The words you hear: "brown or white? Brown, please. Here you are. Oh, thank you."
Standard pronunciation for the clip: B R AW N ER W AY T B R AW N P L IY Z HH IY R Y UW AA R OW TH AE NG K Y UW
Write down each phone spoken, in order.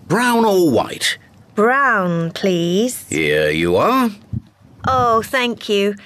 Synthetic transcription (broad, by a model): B R AW N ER W AY T B R AW N P L IY Z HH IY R Y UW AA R OW TH AE NG K Y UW